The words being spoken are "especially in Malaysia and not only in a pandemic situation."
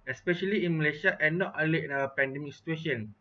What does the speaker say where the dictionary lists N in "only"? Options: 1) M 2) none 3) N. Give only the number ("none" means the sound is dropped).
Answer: 2